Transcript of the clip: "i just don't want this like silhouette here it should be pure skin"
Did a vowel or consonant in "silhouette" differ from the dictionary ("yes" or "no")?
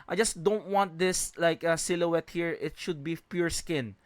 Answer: no